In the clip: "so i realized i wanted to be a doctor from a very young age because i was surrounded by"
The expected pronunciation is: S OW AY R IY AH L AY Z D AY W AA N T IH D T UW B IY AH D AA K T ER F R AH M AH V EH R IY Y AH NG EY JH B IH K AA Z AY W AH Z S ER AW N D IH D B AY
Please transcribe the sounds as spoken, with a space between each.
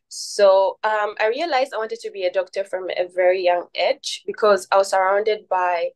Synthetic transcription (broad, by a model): S OW AY R IY AH L AY Z D AY W AA N T IH D T UW B IY AH D AA K T ER F R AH M AH V EH R IY Y AH NG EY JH B IH K AA Z AY W AH Z S ER AW N D IH D B AY